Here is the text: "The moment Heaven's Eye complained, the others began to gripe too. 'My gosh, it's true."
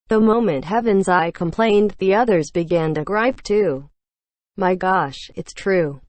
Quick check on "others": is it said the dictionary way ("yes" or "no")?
yes